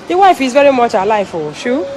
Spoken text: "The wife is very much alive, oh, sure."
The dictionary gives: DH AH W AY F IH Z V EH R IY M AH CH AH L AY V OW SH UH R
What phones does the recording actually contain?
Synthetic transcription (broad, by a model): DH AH W AY F IH Z V EH R IY M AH CH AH L AY F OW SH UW